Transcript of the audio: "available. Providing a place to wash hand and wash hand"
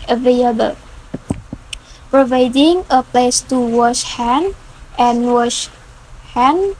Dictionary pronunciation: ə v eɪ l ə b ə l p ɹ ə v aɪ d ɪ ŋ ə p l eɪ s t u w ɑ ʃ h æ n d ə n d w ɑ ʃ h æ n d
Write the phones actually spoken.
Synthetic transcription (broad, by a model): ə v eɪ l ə b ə l p ɹ ə v aɪ d ɪ ŋ ə p l eɪ s t u w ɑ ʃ h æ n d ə n w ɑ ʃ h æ n